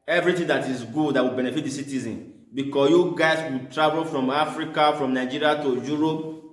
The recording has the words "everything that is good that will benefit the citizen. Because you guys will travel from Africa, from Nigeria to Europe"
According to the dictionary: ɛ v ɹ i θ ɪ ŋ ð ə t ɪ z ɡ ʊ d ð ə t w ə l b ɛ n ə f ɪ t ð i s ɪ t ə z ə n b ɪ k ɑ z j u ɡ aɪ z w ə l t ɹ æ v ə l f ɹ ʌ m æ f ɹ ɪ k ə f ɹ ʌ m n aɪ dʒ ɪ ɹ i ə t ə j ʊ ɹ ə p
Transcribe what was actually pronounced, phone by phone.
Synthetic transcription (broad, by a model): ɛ v ɹ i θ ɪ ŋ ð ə t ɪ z ɡ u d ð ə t w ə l b ɛ n ə f ɪ t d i s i t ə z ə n b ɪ k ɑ s j u ɡ aɪ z w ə t ɹ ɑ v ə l f ɹ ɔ m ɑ f ɹ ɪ k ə f ɹ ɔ m n aɪ dʒ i ɹ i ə t ə j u ɹ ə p